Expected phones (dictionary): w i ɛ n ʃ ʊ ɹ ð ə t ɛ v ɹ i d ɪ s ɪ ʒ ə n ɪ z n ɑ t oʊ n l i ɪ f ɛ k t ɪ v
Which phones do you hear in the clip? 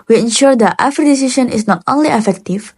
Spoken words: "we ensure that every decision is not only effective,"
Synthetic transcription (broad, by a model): w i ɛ n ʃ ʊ ɹ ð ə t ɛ f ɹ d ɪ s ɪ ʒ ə n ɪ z n ɑ t oʊ n l i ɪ f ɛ k t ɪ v